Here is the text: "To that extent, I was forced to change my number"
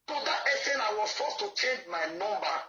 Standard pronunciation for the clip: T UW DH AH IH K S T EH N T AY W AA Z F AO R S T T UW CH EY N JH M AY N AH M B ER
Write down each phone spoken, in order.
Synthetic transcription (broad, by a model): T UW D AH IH S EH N AY W AA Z F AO S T T UW CH EY N JH M AY N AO M B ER